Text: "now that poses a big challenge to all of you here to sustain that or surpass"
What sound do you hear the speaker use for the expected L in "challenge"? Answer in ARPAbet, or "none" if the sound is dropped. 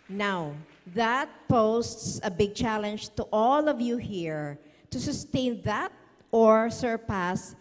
L